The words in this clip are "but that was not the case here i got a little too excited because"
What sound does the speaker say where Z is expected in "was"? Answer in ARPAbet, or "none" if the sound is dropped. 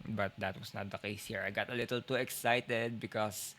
S